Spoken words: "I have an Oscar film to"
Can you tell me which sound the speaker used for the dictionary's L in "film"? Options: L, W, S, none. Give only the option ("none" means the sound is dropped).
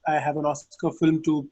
L